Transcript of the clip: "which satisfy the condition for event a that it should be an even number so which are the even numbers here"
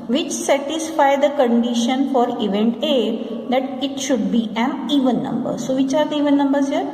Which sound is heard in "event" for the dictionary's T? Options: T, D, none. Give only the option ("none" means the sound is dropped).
T